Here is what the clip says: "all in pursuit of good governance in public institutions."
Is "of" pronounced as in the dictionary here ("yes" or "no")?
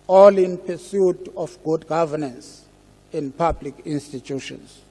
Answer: no